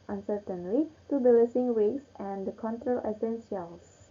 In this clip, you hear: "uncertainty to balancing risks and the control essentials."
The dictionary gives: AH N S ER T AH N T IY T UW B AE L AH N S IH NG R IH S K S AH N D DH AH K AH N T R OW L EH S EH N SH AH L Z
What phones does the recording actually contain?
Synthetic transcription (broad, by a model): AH N S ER T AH N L IY T UW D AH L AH S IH NG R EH K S AH N D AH K AH N T R OW L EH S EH N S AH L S